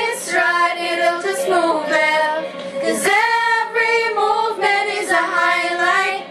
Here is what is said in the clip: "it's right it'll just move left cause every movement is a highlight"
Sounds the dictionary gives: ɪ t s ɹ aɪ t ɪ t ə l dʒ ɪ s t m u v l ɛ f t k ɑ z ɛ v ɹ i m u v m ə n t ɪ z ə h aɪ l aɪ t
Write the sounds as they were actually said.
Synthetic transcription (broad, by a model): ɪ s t ɹ aɪ t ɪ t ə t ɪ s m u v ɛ k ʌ z ɛ v ɹ i m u v m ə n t ɪ z ə h aɪ l aɪ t